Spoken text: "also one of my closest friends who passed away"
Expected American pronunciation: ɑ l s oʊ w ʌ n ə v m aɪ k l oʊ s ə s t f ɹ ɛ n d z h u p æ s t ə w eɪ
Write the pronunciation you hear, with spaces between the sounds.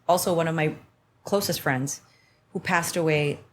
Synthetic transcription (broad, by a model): ɑ l s oʊ w ʌ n ə v m aɪ k l oʊ s ə s t f ɹ ɛ n d z h u p æ s t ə w eɪ